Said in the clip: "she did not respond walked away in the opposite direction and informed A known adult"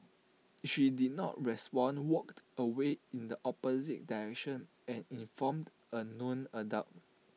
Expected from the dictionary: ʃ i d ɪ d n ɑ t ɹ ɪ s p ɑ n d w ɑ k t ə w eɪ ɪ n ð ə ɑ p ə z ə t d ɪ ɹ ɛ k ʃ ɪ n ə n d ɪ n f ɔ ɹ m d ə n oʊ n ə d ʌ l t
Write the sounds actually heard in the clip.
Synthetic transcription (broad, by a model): ʃ i d ɪ d n ɑ t ɹ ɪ s p ɑ n w ɑ k t ə w eɪ ɪ n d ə ɑ p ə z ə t d ɪ ɹ ɛ k ʃ ɪ n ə n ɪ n f ɔ m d ə n oʊ n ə d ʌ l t